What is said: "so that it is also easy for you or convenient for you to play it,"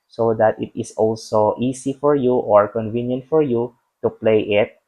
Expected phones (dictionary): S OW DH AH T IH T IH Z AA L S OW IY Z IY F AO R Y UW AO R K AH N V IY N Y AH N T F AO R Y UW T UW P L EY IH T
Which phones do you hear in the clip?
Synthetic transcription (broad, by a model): S OW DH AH T IH T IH S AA L S OW IY S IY F AO R Y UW AO R K AH N V IY N Y AH N T F AO R Y UW T UW P L EY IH T